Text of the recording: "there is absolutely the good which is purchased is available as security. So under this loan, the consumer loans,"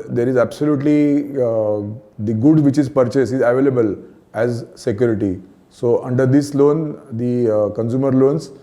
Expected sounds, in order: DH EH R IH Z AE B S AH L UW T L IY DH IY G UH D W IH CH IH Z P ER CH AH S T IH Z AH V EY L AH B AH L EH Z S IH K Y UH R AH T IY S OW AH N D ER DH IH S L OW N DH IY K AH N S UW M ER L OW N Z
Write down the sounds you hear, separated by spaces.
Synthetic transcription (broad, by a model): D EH R IH Z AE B S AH L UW T L IY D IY G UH D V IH CH IH Z P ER CH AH S IH Z AH V EY L AH B AH L EH Z S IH K Y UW R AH T IY S OW AH N D ER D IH S L OW N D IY K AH N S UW M ER L OW N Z